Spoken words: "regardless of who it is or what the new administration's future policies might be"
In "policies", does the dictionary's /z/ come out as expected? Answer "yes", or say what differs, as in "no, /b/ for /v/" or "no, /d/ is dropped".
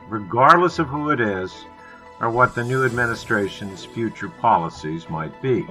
yes